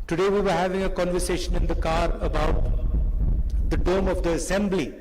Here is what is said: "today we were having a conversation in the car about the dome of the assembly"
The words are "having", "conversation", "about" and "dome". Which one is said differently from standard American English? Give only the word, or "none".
none